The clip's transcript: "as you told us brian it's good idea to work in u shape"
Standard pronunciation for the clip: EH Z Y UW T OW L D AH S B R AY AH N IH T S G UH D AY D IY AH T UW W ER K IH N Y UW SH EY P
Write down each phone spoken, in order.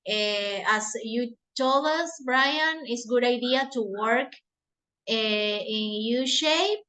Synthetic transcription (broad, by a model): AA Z Y UW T OW L AH S B R AY AH N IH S G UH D AY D IY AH T UW W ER K IH N Y UW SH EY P